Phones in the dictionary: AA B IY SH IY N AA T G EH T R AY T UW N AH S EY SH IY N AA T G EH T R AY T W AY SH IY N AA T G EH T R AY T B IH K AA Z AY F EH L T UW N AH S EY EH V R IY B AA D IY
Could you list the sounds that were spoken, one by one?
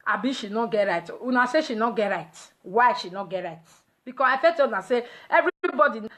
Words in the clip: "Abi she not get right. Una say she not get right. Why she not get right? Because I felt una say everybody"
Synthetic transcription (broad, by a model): AA B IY SH IY N AA T G EH T R AY T UW N AH S EY SH IY N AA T G EH T R AY T W AY SH IY N AA T G EH T R AY T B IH K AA S AY F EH T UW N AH S EY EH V R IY B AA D IY